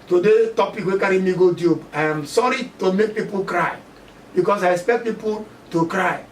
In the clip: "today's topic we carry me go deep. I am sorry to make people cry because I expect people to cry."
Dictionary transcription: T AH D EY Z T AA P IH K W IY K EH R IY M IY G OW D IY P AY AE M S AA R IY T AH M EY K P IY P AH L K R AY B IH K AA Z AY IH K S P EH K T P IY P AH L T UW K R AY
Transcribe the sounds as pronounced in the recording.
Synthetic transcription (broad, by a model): T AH D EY T AA P IH K W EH K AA R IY M IY G OW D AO B AY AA M S AA R IY T AH M EY K P IY P AH L K R AY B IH K AA S AY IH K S P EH K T P IY P AH L T UW K R AY